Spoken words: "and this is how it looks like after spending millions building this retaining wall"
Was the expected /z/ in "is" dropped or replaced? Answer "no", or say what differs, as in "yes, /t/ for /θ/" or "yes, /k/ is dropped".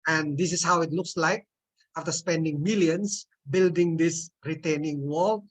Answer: yes, /s/ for /z/